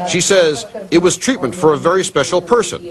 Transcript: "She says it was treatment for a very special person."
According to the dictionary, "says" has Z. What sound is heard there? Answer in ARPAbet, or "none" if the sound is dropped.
Z